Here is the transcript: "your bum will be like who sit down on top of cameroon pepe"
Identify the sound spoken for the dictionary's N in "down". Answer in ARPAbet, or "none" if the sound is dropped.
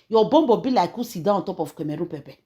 none